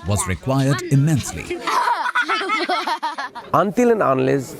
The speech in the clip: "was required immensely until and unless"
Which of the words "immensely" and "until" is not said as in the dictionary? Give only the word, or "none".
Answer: none